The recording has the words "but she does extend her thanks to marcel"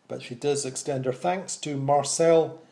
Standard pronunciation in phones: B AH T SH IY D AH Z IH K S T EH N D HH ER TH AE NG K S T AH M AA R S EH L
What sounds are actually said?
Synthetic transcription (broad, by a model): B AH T SH IY D AH Z IH K S T EH N D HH ER TH AE NG K S T AH M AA R S EH L